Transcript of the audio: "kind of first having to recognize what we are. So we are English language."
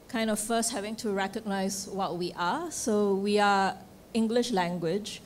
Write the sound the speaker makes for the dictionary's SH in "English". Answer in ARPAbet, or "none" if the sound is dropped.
SH